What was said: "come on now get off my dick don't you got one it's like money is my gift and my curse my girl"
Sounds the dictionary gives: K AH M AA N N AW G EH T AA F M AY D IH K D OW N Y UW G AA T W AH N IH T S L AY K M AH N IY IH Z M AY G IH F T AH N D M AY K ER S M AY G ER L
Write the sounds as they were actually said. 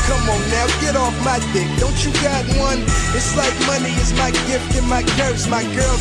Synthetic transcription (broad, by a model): K AH M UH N N AW G EH T AA F M AY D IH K D OW N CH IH G AA T W AH N IH T S L AY K M AH N IY IH Z M AY G IH F T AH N M AY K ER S M AY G ER L